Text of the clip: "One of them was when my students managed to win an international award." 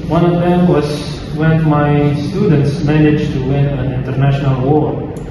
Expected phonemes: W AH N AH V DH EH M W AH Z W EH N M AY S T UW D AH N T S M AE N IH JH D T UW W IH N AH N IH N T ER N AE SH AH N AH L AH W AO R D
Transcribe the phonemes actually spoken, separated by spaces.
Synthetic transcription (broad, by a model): W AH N AH V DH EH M W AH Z W EH N M AY S T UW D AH N T S M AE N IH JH T UW W IH N AH N IH N T ER N AE SH AH N AH L W AO R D